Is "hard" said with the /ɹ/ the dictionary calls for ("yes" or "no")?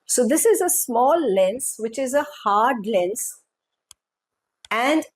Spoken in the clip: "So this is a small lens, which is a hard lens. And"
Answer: yes